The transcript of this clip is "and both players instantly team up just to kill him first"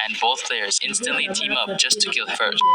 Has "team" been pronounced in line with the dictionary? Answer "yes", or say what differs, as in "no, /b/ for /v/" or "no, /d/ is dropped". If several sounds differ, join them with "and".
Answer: yes